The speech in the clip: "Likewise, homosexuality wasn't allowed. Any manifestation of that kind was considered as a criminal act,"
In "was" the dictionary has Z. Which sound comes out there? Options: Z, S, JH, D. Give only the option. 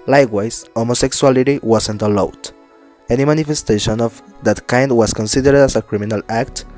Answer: S